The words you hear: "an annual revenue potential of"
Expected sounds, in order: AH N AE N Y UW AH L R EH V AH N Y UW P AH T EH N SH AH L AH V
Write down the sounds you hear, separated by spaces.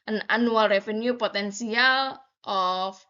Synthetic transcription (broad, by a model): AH N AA N UW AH L R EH F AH N Y UW P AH T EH N S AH L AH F